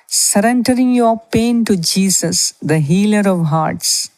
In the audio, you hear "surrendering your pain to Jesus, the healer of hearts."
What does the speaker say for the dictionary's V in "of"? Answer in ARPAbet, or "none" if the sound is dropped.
V